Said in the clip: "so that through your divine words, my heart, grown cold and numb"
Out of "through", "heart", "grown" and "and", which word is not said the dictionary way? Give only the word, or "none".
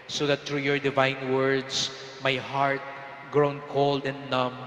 through